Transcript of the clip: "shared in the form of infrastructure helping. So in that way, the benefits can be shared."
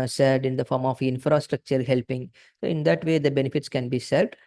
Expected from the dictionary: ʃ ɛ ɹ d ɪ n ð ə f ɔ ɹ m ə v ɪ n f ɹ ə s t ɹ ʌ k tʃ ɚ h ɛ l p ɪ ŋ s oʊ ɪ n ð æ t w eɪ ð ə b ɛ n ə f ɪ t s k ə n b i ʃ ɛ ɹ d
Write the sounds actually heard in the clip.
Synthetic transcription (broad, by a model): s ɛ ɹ d ɪ n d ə f ɔ ɹ m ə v ɪ n f ɹ ə s t ɹ ʌ k tʃ ɚ h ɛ l p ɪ ŋ s oʊ ɪ n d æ t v eɪ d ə b ɛ n ə f ɪ t s k ə n b i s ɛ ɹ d